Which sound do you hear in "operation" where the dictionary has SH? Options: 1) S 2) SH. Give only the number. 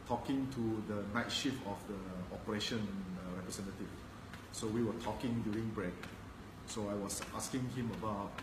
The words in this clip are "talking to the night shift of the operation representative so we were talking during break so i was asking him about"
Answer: 2